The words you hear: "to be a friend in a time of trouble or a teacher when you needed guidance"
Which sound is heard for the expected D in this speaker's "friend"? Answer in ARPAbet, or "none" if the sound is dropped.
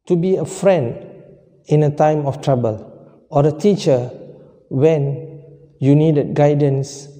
D